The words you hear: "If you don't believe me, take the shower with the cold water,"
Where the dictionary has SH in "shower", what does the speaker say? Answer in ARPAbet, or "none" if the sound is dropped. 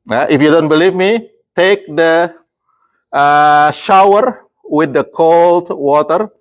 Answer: SH